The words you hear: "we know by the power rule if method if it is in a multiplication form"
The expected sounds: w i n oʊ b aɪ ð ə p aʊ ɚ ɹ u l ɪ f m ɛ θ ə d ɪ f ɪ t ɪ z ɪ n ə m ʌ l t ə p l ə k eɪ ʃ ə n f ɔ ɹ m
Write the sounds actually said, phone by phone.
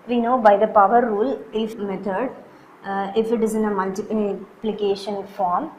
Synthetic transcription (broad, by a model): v i n oʊ b aɪ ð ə p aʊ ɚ ɹ u l ɪ f m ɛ t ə d ɪ f ɪ t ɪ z ɪ n ə m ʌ l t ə p l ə k eɪ ʃ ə n f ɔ ɹ m